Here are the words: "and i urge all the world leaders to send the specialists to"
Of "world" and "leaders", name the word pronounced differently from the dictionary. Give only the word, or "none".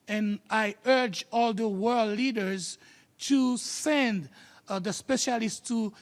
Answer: none